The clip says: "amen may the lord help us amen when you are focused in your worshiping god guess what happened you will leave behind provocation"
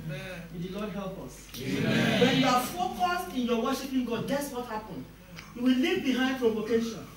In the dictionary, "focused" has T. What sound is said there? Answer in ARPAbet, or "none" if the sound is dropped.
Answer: none